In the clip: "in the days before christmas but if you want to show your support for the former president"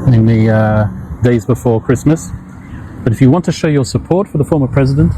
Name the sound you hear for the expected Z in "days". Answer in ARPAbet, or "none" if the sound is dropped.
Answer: Z